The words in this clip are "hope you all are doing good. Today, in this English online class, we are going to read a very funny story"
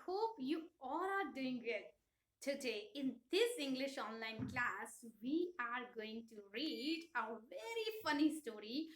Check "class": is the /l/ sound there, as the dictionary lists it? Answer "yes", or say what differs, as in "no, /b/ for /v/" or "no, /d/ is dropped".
yes